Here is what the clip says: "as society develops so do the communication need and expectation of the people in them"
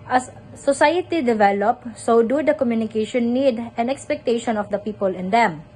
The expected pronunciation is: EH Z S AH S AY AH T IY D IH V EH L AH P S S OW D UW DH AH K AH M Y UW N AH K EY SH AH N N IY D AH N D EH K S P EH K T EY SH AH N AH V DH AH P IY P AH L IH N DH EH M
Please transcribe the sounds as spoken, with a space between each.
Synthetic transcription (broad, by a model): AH S AH S AY AH T IY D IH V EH L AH P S S OW D UW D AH K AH M Y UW N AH K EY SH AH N N IY D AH N EH K S P EH K T EY SH AH N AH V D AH P IY P AH L IH N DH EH M